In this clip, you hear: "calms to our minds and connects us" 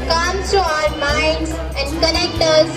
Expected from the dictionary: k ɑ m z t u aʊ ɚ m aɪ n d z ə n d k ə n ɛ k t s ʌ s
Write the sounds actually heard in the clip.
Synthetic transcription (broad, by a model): k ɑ m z t u aʊ ɚ m aɪ n d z ə n d k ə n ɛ k t ʌ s